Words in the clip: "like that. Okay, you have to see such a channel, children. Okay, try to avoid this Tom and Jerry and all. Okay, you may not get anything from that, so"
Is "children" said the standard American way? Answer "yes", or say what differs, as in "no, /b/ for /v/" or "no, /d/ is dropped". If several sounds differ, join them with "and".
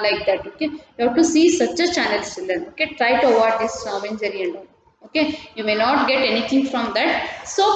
no, /s/ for /tʃ/ and /ɹ/ is dropped